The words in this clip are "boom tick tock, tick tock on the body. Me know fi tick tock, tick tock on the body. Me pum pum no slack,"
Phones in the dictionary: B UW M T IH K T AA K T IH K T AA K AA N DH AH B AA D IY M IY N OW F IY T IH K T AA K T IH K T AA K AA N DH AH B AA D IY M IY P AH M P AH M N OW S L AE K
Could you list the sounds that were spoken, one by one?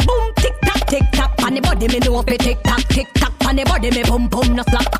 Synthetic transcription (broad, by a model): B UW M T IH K T AA K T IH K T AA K AA N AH B AA D IY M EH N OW P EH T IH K T AA K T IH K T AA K AA N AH B AA D IY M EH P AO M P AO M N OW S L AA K